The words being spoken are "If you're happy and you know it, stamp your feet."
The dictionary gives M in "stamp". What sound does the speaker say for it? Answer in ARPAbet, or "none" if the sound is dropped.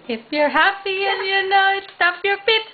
none